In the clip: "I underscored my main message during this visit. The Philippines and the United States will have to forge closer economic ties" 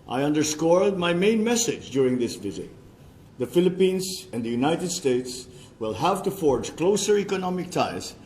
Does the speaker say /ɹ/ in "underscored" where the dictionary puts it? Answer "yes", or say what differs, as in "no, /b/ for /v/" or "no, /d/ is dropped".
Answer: no, /l/ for /ɹ/